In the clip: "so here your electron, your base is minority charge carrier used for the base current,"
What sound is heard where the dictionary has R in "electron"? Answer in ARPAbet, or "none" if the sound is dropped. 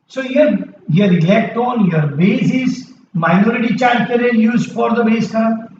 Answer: none